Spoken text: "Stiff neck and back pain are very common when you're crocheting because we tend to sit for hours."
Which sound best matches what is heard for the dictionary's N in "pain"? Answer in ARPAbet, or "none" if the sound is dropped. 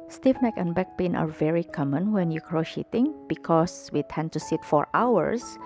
N